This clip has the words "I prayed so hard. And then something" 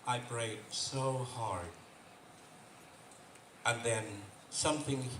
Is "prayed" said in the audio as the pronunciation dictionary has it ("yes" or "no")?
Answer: no